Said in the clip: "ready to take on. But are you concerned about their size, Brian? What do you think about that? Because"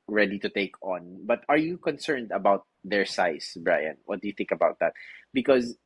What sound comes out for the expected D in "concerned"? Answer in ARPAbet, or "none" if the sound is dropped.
D